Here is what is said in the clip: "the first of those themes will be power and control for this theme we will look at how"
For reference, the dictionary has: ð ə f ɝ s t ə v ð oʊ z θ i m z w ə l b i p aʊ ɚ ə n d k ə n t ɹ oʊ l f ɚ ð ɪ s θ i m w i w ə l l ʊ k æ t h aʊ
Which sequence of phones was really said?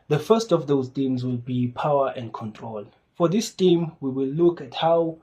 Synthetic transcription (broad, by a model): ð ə f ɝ s t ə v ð oʊ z t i m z w ə l b i p aʊ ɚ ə n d k ə n t ɹ oʊ l f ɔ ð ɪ s t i m w i w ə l l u k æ t h aʊ